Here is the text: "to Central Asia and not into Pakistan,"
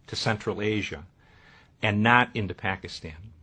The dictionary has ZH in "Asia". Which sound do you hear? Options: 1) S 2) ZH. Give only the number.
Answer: 2